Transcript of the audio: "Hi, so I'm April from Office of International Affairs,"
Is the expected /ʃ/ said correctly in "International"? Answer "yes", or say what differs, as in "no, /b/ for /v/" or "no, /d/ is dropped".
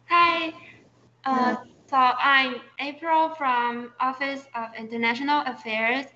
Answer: yes